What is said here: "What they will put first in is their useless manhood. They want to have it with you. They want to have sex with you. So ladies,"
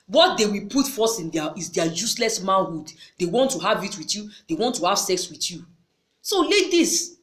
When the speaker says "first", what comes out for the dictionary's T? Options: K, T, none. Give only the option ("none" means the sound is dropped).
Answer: none